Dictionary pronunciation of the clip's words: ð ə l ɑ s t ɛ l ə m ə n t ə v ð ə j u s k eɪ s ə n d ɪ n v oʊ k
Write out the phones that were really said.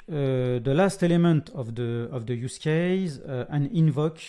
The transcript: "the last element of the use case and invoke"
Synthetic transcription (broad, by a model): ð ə l ɑ s t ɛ l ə m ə n t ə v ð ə j u s k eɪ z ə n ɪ n v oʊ k